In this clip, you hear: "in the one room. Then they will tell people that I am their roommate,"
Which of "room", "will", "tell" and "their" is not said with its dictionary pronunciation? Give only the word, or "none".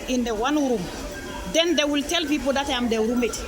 their